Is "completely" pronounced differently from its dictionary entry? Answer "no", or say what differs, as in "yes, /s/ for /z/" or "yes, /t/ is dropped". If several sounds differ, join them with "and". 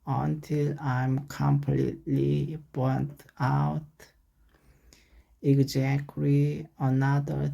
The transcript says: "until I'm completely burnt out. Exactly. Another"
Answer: no